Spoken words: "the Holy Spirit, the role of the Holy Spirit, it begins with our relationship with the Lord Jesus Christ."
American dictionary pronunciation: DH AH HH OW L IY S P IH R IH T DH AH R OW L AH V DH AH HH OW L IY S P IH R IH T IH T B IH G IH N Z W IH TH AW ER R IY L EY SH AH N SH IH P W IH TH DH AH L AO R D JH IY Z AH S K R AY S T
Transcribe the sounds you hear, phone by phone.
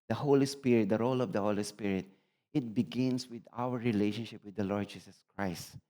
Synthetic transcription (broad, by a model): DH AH HH OW L IY S P IH R IH T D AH R OW L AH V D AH HH OW L IY S P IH R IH T IH T B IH G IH N S W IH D AW ER R IY L EY SH AH N SH IH P W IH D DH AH L AO R D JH IY S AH S K R AY S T